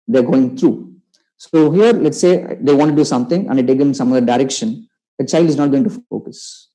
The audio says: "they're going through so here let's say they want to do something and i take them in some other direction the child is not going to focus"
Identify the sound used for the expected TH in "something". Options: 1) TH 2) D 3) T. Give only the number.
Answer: 3